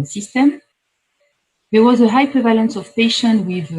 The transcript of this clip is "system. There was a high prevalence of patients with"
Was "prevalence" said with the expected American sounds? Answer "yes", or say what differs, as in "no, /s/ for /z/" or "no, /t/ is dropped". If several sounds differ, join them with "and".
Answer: yes